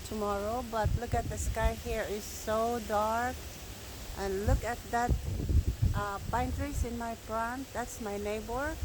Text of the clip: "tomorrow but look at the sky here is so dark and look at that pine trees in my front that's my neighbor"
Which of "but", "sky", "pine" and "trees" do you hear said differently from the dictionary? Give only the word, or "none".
trees